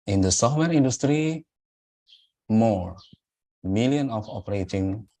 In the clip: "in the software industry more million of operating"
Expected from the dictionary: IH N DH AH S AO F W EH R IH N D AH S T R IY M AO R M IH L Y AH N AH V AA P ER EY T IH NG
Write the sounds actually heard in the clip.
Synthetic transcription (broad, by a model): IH N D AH S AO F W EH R IH N D AH S T R IY M AO R M IH L Y AH N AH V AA P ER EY T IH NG